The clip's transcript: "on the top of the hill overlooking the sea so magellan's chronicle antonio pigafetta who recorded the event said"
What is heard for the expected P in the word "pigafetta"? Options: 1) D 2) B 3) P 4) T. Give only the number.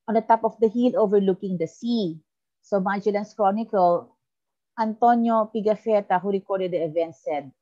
3